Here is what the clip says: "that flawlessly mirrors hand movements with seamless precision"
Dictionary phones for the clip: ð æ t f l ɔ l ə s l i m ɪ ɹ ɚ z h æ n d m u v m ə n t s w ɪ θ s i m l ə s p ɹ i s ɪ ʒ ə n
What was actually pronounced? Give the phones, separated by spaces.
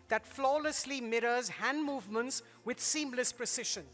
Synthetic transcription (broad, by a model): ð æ t f l ɔ l ə s l i m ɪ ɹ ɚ z h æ n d m u v m ə n t s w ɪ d s i m l ə s p ɹ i s ɪ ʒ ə n